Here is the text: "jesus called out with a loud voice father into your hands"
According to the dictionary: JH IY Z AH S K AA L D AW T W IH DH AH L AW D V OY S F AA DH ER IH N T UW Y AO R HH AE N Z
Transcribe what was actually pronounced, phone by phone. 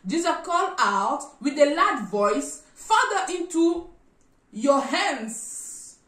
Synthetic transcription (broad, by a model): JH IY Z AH K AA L AW T W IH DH AH L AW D V OY S F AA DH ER IH N T UW Y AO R HH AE N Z